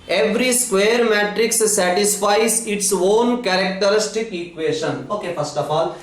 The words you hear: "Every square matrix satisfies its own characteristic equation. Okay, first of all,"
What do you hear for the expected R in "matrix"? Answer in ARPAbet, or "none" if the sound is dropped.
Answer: R